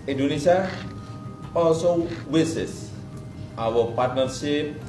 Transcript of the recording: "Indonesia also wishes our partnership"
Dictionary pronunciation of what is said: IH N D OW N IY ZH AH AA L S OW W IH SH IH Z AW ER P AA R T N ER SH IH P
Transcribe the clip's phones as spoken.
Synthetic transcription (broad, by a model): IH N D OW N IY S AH AA L S OW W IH S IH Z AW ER P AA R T N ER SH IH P